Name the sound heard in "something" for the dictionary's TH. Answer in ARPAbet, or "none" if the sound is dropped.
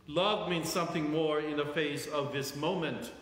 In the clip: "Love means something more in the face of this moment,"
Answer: TH